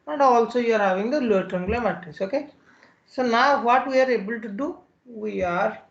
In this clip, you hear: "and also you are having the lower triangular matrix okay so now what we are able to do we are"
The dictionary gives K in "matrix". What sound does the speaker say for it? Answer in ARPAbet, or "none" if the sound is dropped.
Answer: none